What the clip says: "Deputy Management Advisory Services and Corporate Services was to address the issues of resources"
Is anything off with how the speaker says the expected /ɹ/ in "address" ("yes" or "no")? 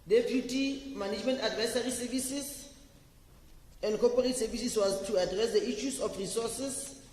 no